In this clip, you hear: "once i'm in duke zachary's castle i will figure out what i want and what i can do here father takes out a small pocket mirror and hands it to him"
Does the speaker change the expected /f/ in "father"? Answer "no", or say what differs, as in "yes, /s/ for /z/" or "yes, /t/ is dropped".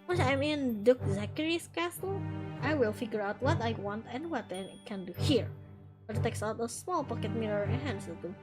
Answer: yes, /p/ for /f/